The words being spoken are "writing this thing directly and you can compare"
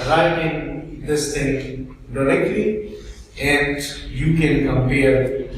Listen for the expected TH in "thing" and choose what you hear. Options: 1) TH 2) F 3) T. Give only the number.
3